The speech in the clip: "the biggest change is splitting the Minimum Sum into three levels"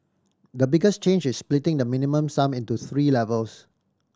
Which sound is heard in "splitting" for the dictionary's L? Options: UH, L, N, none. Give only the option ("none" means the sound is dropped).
L